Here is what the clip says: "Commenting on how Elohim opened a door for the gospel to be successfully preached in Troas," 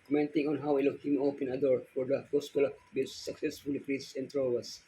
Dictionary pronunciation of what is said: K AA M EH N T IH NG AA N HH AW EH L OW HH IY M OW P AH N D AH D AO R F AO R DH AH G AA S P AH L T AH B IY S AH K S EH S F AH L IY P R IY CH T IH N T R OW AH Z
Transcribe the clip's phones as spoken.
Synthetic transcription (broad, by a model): K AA M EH N T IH NG AA N HH AW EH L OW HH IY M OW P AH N AH D AO R F AO R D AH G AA S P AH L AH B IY S AH K S EH S F AH L IY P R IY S IH N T R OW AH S